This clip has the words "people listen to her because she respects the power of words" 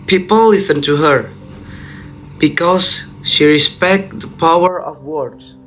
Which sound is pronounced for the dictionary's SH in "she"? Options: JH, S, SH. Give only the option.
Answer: SH